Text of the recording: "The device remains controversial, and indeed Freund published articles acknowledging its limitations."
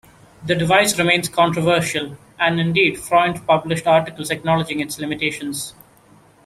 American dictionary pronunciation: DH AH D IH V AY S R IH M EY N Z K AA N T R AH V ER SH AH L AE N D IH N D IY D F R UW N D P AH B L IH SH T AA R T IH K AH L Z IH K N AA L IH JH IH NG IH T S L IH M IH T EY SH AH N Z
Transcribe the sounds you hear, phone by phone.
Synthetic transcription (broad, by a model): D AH D IH V AY S R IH M EY N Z K AA N T R AH V ER SH AH L AE N D IH N D IY D F R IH N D P AH B L IH SH T AA R T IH K AH L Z IH K N AA L IH JH IH NG IH T S L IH M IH T EY SH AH N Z